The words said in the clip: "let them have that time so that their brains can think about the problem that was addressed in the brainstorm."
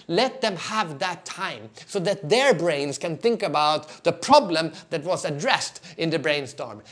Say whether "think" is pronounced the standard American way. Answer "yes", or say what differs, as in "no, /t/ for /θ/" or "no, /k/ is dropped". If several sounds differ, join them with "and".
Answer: yes